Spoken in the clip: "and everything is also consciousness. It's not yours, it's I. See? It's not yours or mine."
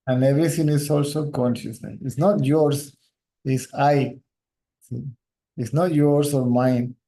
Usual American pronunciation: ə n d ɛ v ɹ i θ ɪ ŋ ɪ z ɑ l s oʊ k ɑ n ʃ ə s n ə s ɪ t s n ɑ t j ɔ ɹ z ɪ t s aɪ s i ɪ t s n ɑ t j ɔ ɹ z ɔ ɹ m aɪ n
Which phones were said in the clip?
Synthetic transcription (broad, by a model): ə n d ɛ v ɹ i t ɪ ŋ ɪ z ɑ l s oʊ k ɑ n ʃ ə s n ə s ɪ t s n ɑ t j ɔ ɹ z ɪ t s aɪ s i ɪ t s n ɑ t j ɔ ɹ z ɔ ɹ m aɪ n